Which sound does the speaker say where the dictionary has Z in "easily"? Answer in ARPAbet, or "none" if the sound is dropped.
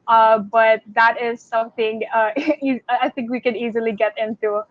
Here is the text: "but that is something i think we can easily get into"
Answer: Z